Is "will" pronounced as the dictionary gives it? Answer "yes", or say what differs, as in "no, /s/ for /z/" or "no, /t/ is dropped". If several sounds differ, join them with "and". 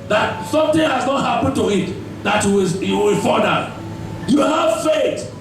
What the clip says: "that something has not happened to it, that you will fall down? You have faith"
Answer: no, /w/ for /l/